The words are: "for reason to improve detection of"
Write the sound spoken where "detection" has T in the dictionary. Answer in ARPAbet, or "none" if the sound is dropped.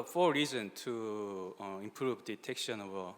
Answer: T